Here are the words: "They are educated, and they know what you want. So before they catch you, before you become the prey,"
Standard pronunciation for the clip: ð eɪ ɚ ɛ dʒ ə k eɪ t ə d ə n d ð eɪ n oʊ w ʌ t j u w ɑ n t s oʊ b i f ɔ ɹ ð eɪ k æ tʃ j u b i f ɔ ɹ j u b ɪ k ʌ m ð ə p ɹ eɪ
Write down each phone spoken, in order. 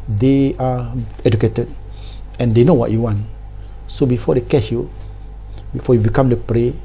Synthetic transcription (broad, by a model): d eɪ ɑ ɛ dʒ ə k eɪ t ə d ə n d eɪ n oʊ w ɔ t j u w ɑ n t s oʊ b i f ɔ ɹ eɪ k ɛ ʃ j u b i f ɔ j u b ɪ k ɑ m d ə p ɹ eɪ